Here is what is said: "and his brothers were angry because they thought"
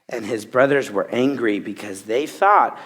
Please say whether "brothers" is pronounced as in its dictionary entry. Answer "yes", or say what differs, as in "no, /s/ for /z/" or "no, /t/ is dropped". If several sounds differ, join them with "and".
yes